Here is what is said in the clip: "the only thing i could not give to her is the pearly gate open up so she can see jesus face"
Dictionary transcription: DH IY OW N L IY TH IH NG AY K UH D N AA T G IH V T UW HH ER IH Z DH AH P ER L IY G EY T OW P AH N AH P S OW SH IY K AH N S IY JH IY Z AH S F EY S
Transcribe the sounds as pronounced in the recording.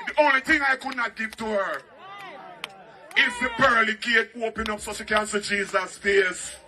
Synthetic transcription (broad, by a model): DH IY OW N L IY TH IH NG AY K UH D N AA T G IH V T UW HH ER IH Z DH AH B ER L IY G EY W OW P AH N AH P S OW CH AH K AH N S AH JH IY Z AH S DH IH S